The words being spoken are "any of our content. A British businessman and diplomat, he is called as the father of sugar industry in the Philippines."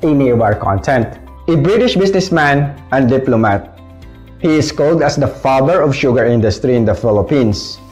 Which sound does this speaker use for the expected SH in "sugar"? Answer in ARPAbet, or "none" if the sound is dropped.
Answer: SH